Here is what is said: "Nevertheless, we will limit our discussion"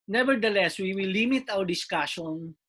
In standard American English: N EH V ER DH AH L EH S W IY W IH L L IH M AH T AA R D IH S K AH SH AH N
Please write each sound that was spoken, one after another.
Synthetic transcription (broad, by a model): N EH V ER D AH L EH S W IY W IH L L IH M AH T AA W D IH S K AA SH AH N